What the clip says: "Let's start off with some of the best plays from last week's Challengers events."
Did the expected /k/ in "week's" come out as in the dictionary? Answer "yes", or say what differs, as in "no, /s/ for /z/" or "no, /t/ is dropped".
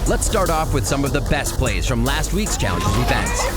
yes